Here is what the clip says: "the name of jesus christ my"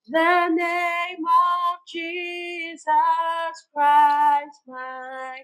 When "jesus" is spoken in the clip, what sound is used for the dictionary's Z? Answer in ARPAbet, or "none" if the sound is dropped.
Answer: Z